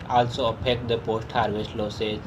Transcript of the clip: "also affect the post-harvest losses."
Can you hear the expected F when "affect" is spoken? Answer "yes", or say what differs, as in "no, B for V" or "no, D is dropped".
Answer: no, P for F